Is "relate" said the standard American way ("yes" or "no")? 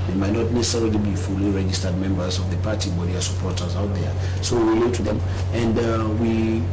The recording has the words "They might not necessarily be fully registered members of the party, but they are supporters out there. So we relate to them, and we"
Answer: no